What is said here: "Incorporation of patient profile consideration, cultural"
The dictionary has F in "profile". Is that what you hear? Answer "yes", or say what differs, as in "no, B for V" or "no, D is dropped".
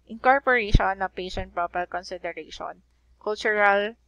no, P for F